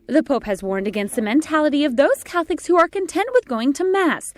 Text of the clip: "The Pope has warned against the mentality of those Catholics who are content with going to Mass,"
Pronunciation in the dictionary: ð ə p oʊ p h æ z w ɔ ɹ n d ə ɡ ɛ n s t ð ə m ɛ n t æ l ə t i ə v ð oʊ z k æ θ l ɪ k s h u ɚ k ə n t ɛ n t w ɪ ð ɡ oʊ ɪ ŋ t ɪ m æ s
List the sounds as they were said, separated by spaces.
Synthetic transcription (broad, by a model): ð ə p oʊ p h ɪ z w ɔ ɹ n d ə ɡ ɛ n s t ð ə m ɛ n t æ l ə t i ə v ð oʊ z k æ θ ɪ k s h u ɚ k ə n t ɛ n t w ɪ ð ɡ oʊ ɪ ŋ t ɪ m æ s